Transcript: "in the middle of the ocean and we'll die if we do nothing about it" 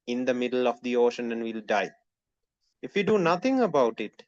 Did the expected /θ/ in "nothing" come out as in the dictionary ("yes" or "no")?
no